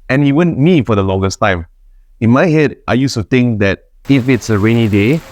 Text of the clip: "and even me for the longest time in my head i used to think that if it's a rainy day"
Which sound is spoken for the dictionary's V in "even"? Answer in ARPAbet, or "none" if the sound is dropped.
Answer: W